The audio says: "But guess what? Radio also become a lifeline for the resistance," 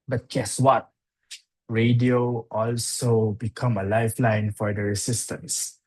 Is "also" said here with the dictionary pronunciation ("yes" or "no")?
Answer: yes